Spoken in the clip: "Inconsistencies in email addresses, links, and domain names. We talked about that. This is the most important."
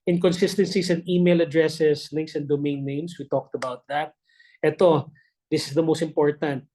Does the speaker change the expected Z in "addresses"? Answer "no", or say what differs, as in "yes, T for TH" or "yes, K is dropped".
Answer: yes, S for Z